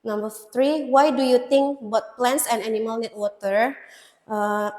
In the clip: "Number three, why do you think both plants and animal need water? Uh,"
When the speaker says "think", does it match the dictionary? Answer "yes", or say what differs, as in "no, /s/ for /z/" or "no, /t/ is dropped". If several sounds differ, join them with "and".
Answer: no, /t/ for /θ/